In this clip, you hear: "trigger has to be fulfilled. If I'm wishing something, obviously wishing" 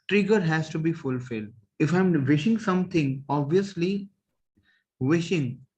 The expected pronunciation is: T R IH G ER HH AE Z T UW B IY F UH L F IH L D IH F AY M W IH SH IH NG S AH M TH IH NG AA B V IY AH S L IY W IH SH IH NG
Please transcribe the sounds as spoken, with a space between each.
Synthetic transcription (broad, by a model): T R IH G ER HH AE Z T UW B IY F UH L F IH L D IH F AY M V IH SH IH NG S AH M T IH NG AA B V IY AH S L IY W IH SH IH NG